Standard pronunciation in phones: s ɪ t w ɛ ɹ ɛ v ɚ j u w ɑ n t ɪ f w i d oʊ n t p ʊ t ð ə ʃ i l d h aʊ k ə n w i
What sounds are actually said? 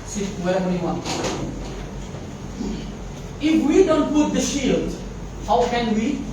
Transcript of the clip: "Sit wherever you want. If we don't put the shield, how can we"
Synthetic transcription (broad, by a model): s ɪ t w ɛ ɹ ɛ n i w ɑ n ɪ f w i d oʊ n t p ʊ t ð ə ʃ i l d h aʊ k ə n w i